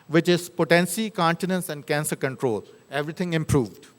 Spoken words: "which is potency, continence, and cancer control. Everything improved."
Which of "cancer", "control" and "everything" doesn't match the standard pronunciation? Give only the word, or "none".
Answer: everything